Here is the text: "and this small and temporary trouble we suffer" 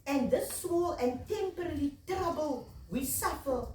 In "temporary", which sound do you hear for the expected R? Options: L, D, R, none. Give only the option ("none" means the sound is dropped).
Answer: L